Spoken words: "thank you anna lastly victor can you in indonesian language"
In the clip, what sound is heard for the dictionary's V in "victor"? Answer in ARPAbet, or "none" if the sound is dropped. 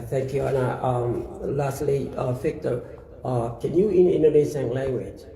F